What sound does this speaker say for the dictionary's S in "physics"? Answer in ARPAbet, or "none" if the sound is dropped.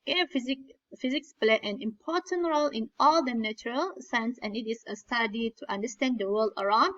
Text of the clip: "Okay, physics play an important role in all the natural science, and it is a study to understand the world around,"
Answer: S